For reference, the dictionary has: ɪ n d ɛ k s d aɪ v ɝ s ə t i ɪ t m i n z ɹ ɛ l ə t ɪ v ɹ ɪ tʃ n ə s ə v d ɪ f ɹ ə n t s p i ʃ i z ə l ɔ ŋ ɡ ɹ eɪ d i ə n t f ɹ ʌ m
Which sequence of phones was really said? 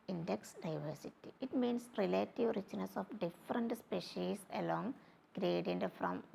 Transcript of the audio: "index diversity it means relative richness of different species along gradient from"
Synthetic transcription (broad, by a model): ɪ n d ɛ k s d aɪ v ɝ s ə t i ɪ t m i n s ɹ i l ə t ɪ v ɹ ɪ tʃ n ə s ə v d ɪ f ɹ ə n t s p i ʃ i s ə l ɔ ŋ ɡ ɹ eɪ d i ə n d f ɹ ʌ m